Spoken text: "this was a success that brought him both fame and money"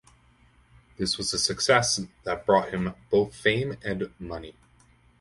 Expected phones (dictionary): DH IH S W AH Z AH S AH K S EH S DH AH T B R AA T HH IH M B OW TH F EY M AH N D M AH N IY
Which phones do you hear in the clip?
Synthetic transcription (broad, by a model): DH IH S W AH Z AH S AH K S EH S DH AH T B R AA T HH IH M B OW TH F EY M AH N M AH N IY